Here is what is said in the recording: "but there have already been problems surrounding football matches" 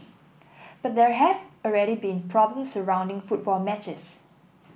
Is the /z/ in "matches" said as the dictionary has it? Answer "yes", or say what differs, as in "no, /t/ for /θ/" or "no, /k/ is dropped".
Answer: no, /s/ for /z/